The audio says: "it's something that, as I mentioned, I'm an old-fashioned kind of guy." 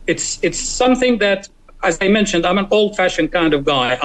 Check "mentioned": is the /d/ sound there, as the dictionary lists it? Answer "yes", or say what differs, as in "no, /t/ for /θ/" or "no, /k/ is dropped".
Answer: yes